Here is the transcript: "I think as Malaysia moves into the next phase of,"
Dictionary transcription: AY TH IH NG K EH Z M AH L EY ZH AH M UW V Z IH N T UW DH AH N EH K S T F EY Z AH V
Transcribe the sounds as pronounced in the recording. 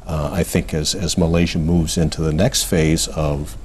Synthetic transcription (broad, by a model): AY TH IH NG K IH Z M AH L EY ZH AH M UW V Z IH N T UW DH AH N EH K S T F EY Z AH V